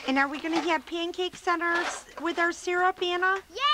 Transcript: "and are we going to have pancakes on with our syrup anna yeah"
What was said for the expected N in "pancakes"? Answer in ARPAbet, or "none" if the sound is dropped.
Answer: N